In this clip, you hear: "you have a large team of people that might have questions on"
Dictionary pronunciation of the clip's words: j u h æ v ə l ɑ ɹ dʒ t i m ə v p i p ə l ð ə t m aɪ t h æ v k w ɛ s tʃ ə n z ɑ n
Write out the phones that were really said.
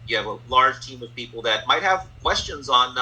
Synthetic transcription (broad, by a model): j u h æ v ə l ɑ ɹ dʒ t i m ə v p i p l ð ə t m aɪ t h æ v k w ɛ s tʃ ə n z n